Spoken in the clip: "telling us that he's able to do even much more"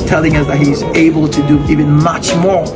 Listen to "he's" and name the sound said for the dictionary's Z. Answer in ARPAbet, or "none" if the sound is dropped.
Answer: Z